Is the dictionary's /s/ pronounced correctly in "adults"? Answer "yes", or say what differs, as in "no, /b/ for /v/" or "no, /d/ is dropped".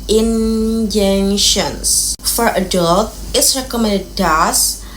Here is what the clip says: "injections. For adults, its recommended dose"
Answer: no, /s/ is dropped